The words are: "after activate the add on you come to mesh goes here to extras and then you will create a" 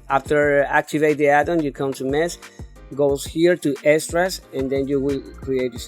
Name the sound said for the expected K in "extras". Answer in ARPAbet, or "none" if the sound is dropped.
none